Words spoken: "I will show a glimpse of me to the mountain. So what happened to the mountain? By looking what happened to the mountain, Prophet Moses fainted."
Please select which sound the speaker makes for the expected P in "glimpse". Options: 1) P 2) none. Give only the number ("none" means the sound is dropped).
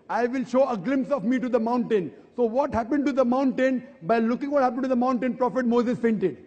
1